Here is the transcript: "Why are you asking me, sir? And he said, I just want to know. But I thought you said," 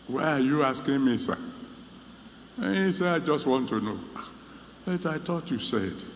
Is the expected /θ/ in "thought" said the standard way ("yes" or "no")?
no